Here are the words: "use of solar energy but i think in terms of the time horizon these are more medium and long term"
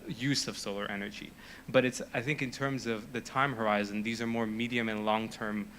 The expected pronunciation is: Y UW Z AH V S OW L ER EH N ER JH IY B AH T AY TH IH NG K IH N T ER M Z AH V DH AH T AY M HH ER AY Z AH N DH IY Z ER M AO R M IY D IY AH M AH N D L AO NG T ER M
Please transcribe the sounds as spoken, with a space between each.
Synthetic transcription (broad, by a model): Y UW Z AH V S OW L ER EH N ER JH IY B AH T AY TH IH NG K IH N T ER M Z AH V DH AH T AY M HH ER AY Z AH N DH IY Z ER M AO R M IY D IY AH M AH N L AO NG T ER M